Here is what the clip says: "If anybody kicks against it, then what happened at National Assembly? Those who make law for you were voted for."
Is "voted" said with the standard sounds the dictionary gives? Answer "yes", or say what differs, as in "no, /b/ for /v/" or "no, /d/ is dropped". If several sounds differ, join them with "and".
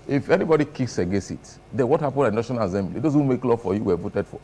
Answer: yes